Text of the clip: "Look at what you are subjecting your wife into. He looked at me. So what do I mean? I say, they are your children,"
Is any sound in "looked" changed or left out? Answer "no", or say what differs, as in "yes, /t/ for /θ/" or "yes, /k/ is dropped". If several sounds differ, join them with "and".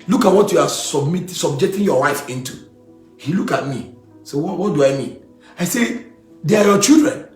yes, /t/ is dropped